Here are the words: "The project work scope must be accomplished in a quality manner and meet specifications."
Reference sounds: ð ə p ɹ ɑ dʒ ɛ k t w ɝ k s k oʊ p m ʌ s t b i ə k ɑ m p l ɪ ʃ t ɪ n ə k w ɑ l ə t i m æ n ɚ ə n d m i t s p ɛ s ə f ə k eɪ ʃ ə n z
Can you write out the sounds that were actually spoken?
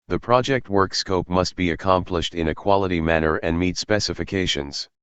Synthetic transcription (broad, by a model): ð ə p ɹ ɑ dʒ ɛ k t w ɝ k s k oʊ p m ʌ s t b i ə k ɑ m p l ɪ ʃ t ɪ n ə k w ɑ l ə t i m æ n ɚ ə n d m i t s p ɛ s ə f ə k eɪ ʃ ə n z